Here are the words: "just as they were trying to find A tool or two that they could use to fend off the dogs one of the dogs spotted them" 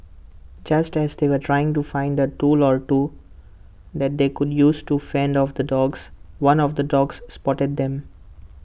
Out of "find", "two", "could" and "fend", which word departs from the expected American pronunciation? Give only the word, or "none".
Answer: none